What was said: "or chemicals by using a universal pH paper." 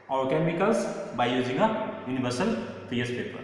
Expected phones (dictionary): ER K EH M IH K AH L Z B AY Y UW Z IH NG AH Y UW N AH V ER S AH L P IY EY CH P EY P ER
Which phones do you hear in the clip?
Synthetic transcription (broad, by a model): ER K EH M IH K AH L S B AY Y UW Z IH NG AH Y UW N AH B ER S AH L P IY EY S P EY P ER